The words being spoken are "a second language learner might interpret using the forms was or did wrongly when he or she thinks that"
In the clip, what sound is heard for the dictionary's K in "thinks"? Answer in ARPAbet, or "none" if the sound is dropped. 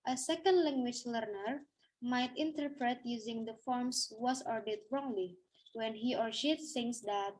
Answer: none